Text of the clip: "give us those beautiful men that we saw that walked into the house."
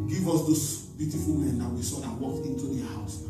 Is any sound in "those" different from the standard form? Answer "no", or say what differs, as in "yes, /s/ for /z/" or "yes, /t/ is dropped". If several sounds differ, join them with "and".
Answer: yes, /s/ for /z/